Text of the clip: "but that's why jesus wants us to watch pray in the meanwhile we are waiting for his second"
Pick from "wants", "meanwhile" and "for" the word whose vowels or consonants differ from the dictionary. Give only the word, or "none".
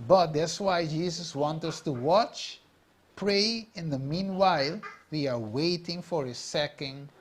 wants